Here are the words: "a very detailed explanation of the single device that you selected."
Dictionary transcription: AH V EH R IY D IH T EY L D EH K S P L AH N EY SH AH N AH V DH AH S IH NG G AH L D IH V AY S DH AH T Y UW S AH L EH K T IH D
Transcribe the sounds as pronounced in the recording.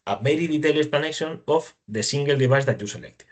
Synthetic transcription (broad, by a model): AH B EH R IY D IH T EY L EH S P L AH N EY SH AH N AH F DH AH S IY NG G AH L D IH B AY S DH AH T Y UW S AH L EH K T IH